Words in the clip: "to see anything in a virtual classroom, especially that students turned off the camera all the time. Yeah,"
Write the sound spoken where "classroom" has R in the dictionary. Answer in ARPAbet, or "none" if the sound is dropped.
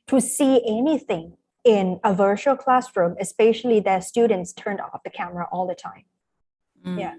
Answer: R